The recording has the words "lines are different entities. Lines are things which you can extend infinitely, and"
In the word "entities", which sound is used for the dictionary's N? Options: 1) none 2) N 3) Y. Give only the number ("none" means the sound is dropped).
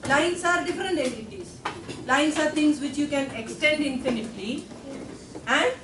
1